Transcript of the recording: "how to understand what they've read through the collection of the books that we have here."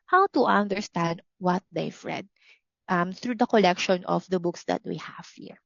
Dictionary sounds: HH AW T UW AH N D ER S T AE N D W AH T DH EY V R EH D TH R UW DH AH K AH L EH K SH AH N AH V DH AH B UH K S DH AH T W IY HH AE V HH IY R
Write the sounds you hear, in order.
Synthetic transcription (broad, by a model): HH AW T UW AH N D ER S T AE N D W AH T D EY F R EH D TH R UW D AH K AH L EH K SH AH N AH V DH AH B UH K S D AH T W IY HH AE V HH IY R